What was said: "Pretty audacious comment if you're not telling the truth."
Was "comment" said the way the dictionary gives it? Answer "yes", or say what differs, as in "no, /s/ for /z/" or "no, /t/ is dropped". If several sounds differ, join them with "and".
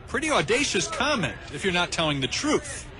yes